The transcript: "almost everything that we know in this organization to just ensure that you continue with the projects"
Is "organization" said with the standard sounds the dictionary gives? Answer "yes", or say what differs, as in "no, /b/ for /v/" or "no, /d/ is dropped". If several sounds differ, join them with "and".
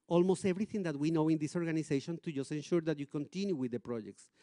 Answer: no, /s/ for /z/